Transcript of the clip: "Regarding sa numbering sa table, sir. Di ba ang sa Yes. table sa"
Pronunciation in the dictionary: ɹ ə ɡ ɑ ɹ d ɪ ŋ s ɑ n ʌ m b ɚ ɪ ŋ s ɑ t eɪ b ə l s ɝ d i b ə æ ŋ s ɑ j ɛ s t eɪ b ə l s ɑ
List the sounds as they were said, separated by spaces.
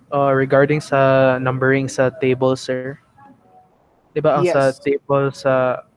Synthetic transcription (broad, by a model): ɹ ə ɡ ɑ ɹ d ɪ ŋ s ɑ n ʌ m b ɚ ɪ ŋ s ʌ t eɪ b ə l s ɝ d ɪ b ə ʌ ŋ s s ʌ t eɪ b ə l s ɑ